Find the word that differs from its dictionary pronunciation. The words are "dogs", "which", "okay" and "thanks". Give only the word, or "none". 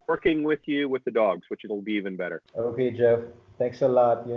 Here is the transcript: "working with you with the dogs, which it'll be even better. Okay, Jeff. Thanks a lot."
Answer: thanks